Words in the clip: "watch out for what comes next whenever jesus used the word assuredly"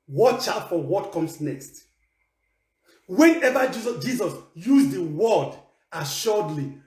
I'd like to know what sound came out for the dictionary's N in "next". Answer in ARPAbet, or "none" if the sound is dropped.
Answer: N